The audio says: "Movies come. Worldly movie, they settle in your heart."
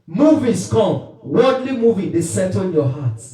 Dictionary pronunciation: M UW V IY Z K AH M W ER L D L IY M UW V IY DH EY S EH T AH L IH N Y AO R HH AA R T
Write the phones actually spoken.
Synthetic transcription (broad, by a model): M UW V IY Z K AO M W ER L D L IY M UW V IY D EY S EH T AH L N Y AO HH AA T